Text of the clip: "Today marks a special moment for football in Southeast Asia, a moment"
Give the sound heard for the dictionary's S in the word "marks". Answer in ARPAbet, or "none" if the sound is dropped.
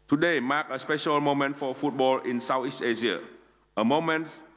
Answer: none